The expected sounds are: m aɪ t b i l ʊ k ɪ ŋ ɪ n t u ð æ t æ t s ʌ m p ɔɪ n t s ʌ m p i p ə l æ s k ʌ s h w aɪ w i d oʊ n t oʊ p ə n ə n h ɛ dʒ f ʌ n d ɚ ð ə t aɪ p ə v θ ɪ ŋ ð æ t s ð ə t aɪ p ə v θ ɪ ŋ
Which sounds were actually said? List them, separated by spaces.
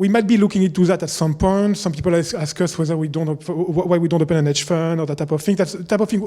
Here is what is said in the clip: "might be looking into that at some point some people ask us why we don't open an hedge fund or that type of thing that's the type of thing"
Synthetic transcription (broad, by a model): m aɪ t b i l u k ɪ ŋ ɪ n t u ð æ t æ t s ʌ m p ɔɪ n t s ʌ m p i p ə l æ s k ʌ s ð w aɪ w i d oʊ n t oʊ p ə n ə n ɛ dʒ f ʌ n ɚ ð ə t aɪ p ə v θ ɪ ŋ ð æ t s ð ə t aɪ p ə v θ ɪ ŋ